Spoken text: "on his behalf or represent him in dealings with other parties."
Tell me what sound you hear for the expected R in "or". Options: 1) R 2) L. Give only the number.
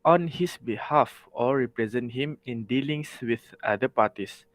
2